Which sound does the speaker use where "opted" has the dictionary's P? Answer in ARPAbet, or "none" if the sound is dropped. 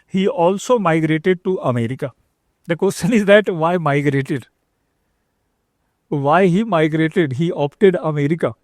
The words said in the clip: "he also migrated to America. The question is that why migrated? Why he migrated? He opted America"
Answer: P